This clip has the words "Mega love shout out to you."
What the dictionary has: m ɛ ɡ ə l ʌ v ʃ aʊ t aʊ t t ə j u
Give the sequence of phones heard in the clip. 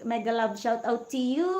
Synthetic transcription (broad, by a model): m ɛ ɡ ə l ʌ b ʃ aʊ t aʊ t t ə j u